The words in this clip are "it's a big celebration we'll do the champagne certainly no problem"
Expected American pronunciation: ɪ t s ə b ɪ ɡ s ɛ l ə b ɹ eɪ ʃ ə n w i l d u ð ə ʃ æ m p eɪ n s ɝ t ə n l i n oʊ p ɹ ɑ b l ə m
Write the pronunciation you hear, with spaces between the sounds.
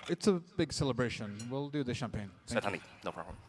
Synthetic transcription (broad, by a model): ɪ t s ə b ɪ ɡ s ɛ l ə b ɹ eɪ ʃ ə n w i l d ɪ ð ə ʃ æ m p eɪ n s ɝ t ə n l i n oʊ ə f